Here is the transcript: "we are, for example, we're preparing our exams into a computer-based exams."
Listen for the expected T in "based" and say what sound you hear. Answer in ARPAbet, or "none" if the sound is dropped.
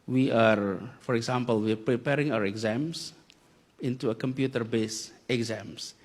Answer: none